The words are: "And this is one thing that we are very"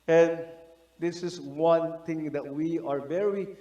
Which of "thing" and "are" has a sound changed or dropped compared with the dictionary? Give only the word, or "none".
thing